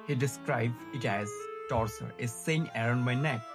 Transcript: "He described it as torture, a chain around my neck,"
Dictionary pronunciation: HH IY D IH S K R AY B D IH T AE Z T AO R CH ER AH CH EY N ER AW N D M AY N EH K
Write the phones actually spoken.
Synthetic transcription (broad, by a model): HH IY D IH S K R AY B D IH T AE Z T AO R S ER AH S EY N ER AW N D M AY N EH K